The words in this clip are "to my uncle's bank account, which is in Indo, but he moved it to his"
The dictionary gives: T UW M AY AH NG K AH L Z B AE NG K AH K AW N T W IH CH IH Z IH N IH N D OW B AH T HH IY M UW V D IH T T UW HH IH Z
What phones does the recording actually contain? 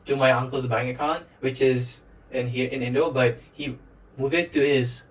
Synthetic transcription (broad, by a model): T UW M AY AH NG K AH L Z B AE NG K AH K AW N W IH CH IH Z IH N IH N D OW B AH T HH IY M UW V IH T T UW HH IH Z